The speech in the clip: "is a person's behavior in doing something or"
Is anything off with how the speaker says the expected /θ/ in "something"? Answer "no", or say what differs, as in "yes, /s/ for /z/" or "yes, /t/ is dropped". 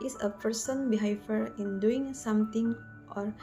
yes, /t/ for /θ/